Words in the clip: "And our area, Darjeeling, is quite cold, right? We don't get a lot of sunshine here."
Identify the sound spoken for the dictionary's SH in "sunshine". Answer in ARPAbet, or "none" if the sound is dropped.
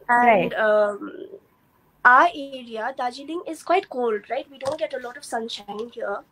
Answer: SH